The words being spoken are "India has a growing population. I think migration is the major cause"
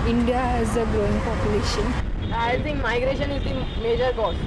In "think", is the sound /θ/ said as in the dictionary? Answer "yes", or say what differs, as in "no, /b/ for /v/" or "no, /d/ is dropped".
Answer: no, /t/ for /θ/